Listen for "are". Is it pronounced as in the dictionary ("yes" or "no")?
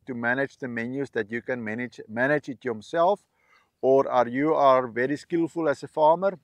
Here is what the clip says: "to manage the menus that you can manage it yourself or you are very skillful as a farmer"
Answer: yes